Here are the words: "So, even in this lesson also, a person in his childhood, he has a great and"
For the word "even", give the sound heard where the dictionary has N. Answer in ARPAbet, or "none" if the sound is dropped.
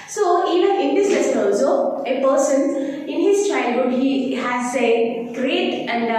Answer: none